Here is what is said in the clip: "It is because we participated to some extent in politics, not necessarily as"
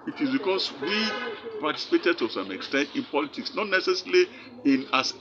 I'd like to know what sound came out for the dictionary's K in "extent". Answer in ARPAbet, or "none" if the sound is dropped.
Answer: K